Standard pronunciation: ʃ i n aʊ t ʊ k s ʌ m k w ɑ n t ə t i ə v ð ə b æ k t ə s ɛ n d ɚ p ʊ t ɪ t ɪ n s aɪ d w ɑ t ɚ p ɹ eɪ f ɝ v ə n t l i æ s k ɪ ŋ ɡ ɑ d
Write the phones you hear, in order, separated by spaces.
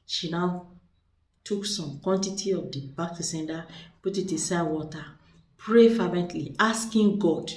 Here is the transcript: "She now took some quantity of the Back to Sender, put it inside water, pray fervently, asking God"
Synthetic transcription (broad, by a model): ʃ i n aʊ t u k s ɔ m k w ɑ n t ə t i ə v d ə b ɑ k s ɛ n d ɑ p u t ɪ t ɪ s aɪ w ɑ t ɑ p ɹ eɪ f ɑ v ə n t l i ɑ s k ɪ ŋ ɡ ɑ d